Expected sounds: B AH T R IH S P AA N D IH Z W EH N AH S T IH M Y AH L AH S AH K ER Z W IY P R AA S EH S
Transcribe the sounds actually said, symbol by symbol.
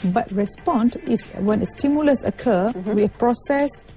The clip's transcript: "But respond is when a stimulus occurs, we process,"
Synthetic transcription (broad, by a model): B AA T R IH S P AA N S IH S W EH N AH S T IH M Y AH L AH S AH K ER W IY P R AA S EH S